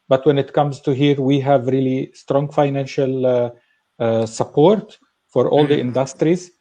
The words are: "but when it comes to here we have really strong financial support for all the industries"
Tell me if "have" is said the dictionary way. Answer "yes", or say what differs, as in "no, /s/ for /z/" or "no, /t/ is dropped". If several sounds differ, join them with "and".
yes